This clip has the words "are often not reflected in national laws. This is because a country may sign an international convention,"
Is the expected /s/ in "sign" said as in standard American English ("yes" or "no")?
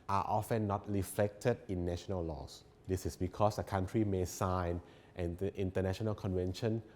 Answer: yes